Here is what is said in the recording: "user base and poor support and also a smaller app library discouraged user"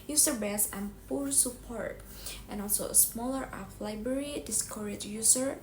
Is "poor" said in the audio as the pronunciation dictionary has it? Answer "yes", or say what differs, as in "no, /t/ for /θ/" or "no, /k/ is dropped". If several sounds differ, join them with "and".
yes